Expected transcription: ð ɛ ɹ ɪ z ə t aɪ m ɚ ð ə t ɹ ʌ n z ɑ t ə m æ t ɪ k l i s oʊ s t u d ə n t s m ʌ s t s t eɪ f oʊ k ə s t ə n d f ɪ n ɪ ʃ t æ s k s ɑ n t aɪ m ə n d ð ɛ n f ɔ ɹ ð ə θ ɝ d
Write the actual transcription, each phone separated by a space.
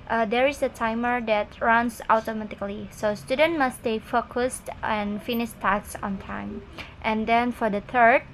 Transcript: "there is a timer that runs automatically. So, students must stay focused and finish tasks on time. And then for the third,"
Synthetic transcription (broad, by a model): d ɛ ɹ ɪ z ə t aɪ m ɚ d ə t ɹ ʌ n s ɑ t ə m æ t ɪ k l i s oʊ s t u d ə n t m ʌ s s t eɪ f oʊ k ə s t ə n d f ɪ n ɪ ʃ t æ k s ɑ n t aɪ m ə n d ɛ n f ɔ ɹ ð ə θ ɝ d